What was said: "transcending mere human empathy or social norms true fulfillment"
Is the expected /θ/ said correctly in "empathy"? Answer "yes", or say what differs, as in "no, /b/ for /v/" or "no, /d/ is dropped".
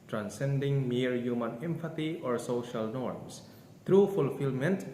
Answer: no, /t/ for /θ/